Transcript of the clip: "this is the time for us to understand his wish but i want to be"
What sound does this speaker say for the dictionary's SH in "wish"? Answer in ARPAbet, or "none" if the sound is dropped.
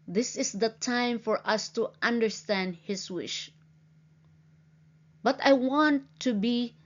SH